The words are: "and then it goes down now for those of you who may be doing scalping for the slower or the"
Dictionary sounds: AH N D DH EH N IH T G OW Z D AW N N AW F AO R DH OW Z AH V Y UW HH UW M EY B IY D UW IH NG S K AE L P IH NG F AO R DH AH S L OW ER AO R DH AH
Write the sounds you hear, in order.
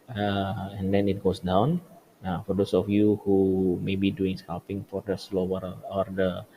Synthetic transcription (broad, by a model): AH N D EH N IH T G OW S D AW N N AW F AO R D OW S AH F Y UW HH UW M EY B IY D UW IH NG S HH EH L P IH NG F AO R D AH S L OW ER AO R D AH